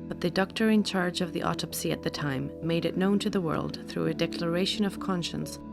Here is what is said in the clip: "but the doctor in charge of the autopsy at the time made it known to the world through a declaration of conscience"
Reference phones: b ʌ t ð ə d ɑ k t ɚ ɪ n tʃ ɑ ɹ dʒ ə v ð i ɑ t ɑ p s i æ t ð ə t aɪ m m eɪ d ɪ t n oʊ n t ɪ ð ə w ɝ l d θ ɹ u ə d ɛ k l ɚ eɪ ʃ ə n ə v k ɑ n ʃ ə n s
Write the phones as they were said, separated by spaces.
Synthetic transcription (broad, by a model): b ʌ t ð ə d ɑ k t ɚ ɪ n tʃ ɑ ɹ dʒ ə v ð i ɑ t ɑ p s i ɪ t ð ə t aɪ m m eɪ d ɪ t n oʊ n t ɪ ð ə w ɝ l d θ ɹ u ə d ɛ k l ɚ eɪ ʃ ə n ə v k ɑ n ʃ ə n s